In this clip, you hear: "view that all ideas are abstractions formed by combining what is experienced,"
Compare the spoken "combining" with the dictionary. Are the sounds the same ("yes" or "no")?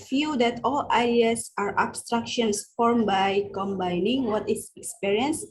yes